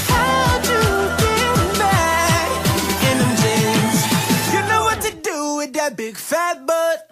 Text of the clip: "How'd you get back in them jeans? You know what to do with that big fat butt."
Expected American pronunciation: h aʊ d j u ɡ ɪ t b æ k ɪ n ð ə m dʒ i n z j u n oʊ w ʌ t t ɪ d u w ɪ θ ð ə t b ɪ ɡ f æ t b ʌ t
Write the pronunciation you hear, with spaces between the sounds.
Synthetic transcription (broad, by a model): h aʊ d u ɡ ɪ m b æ ɪ n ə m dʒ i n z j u n oʊ w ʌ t t ɪ d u w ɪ ð ə t b ɪ ɡ f æ t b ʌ t